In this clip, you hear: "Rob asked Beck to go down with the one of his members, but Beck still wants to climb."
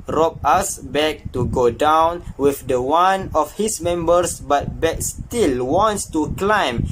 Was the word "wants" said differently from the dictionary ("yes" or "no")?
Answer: no